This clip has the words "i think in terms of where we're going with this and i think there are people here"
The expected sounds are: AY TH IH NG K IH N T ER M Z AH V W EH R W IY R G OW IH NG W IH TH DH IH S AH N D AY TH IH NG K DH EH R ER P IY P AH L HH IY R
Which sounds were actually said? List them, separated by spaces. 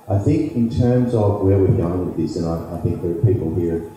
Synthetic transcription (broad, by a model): AY TH IH NG K IH N T ER M Z AH V W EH R W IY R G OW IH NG W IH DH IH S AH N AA AY TH IH NG K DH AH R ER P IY P L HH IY R